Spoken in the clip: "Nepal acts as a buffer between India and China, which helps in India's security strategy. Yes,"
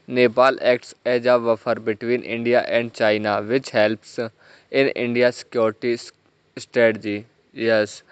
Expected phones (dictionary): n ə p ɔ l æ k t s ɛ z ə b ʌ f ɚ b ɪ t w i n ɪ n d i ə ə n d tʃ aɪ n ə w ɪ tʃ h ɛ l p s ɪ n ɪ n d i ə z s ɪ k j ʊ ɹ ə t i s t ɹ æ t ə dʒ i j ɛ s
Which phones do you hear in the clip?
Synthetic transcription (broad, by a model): n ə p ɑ l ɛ k t s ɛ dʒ ə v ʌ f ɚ b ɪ t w i n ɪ n d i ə ə n d tʃ aɪ n ə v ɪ tʃ h ɛ l p s ɪ n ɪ n d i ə s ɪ k j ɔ ɹ t i s t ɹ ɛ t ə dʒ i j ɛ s